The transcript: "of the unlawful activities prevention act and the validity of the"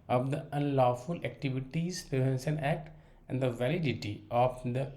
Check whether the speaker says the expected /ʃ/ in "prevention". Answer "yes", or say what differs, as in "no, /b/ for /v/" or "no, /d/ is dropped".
no, /s/ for /ʃ/